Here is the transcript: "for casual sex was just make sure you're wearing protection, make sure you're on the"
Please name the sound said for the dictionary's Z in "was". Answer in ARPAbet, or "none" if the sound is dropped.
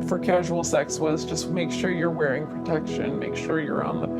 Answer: Z